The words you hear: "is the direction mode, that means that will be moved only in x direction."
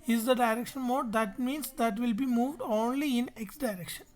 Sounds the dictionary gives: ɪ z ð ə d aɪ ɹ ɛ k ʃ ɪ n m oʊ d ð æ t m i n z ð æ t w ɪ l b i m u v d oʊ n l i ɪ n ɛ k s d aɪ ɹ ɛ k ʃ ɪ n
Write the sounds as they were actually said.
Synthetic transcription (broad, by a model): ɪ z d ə d aɪ ɹ ɛ k ʃ ɪ n m oʊ d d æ t m i n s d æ t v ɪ l b i m u v d oʊ n l i ɪ n ɛ k s d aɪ ɹ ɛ k ʃ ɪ n